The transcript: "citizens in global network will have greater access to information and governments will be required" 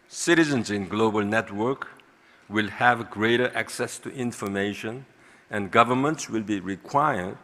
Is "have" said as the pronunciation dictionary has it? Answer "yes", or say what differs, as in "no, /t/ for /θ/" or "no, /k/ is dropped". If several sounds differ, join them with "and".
yes